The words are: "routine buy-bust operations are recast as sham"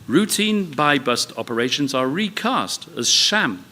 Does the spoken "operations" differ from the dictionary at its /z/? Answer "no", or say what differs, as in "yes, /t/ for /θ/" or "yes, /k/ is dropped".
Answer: no